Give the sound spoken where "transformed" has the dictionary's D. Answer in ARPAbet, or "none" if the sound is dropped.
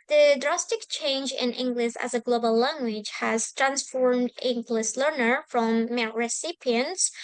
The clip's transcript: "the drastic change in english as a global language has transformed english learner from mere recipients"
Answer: D